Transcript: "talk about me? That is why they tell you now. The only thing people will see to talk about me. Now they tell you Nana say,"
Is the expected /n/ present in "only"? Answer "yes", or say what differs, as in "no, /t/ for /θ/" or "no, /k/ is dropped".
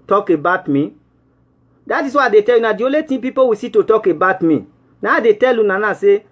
no, /n/ is dropped